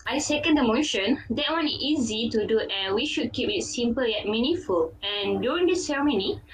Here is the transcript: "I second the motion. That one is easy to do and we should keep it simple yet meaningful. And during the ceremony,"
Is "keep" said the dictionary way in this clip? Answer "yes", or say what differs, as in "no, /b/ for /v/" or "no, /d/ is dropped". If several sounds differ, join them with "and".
yes